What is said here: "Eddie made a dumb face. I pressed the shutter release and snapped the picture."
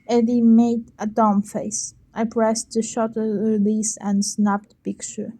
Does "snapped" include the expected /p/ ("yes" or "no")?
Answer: yes